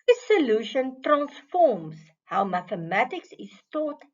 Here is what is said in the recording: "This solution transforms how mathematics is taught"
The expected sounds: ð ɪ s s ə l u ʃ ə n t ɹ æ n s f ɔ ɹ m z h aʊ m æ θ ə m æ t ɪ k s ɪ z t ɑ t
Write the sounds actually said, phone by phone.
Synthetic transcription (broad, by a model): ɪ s s ə l u ʃ ə n t ɹ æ n s f ɔ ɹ m s h aʊ m æ θ ə m æ t ɪ k s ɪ s t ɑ t